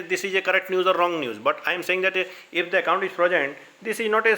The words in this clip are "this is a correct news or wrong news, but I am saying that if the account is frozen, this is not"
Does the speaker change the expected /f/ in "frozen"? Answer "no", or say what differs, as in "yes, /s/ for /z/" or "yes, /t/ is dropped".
yes, /p/ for /f/